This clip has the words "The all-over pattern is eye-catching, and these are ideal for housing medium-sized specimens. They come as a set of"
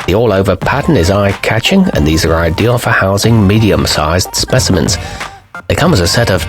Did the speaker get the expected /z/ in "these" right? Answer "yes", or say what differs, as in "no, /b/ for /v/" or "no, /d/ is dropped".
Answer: yes